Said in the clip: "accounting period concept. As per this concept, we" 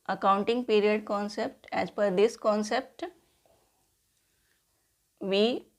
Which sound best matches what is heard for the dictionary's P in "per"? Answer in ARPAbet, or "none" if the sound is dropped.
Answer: F